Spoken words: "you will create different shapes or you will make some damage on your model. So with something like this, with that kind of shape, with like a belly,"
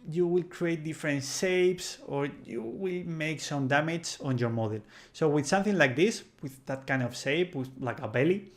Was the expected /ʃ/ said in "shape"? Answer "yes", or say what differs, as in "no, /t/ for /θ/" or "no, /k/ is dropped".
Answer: no, /s/ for /ʃ/